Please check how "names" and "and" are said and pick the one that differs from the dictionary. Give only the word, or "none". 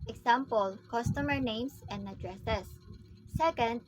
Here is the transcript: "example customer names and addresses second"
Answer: names